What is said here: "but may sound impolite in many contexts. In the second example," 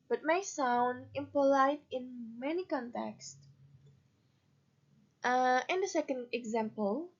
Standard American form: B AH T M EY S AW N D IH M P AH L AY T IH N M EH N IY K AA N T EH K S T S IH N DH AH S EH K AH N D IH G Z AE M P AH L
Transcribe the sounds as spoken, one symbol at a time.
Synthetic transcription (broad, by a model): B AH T M EY S AW N D IH M P AH L AY T IH N M EH N IY K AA N T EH K S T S IH N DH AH S EH K AH N D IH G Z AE M P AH L